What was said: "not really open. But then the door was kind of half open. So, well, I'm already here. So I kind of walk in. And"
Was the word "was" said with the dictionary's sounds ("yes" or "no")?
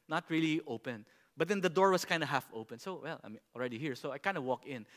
no